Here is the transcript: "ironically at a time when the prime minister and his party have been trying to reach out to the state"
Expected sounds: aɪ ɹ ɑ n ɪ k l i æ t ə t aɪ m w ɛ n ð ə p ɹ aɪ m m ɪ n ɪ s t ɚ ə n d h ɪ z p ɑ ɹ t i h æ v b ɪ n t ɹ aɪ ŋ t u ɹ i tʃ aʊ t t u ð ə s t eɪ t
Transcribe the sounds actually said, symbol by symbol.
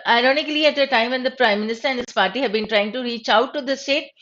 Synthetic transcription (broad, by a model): aɪ ɹ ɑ n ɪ k l i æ t ə t aɪ m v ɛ n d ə p ɹ aɪ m m ɪ n ɪ s t ɚ ə n d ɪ s p ɑ ɹ t i h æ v b ɪ n t ɹ aɪ ŋ t u ɹ i tʃ aʊ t t u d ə s t eɪ t